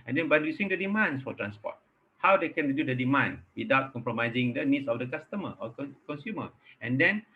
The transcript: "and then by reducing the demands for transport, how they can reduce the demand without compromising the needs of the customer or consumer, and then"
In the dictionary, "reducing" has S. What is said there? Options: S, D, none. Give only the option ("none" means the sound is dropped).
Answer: none